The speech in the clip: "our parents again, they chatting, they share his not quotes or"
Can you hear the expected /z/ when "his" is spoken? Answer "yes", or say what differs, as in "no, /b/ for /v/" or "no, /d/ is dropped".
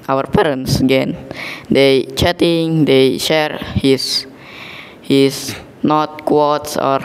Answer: no, /s/ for /z/